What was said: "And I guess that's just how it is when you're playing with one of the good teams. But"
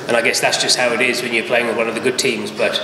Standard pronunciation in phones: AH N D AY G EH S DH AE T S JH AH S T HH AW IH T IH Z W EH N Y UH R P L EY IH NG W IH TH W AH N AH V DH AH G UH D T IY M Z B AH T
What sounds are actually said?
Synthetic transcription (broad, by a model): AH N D AY G EH S DH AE T S JH AH S T HH AW IH T IH Z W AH N Y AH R P L EY IH NG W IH W AH N AH V DH AH G UH D T IY M Z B AH T